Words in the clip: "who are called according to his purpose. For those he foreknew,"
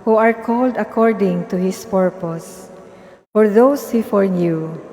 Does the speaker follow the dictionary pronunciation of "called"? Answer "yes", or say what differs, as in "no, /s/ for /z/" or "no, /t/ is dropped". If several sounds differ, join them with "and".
yes